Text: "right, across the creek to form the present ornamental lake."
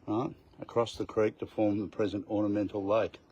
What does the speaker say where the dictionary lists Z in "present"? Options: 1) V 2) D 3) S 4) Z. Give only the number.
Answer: 4